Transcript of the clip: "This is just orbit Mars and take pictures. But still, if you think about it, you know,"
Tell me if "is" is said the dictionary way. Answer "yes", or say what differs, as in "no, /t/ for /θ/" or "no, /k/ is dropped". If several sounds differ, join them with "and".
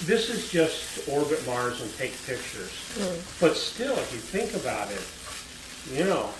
yes